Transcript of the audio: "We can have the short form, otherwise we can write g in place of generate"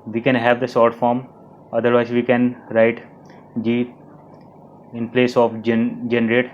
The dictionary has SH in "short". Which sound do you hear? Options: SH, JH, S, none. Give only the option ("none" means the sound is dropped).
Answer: S